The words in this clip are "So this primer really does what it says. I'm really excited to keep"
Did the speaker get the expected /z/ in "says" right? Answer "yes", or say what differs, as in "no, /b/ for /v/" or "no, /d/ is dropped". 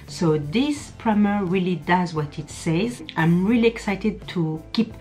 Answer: yes